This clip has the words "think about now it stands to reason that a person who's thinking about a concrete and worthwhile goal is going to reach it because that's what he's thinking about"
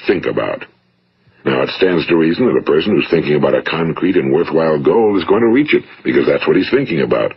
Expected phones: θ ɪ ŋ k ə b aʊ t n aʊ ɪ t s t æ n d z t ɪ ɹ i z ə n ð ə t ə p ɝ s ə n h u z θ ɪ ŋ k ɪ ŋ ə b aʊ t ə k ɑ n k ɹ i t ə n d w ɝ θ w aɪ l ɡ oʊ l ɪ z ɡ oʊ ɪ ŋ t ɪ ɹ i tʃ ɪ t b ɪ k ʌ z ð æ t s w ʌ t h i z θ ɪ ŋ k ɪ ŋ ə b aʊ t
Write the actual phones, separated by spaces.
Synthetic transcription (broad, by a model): θ ɪ ŋ k ə b aʊ t n aʊ ɪ t s t æ n d z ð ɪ ɹ i z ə n ð ə t ə p ɝ s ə n h u z θ ɪ ŋ k ɪ ŋ ə b aʊ t ə k ɑ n k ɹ i t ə n w ɝ θ w aɪ l ɡ oʊ l ɪ z ɡ oʊ ɪ ŋ t ɪ ɹ i tʃ ɪ t b ɪ k ʌ z ð æ t s w ʌ t h i z θ ɪ ŋ k ɪ ŋ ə b aʊ t